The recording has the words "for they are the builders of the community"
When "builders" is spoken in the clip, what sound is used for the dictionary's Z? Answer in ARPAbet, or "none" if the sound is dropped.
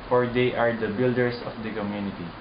S